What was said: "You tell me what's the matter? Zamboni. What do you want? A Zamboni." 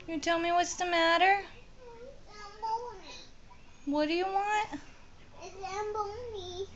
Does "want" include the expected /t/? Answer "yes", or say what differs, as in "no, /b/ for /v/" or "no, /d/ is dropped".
yes